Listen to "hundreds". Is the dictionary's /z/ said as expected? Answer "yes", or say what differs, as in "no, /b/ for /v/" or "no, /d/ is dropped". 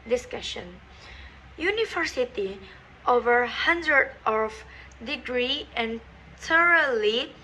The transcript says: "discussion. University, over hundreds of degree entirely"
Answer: no, /z/ is dropped